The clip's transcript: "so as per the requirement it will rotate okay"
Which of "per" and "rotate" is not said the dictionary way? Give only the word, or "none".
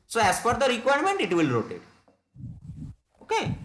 per